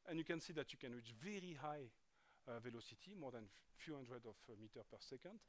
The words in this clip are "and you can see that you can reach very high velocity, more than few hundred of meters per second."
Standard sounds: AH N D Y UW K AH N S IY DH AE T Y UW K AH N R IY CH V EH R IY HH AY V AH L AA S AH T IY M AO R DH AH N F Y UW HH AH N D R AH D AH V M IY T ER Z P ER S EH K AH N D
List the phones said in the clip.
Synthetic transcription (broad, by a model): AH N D Y UW K AH N S IY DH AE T Y UW K AH N R IY CH V EH R IY HH AY V AH L AA S AH T IY M AO R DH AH N F Y UW HH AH N D R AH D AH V M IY T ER P ER S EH K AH N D